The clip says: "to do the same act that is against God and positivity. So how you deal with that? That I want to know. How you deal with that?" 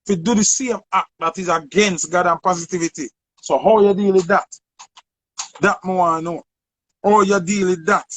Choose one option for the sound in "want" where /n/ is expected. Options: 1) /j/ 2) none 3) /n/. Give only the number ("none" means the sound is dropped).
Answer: 2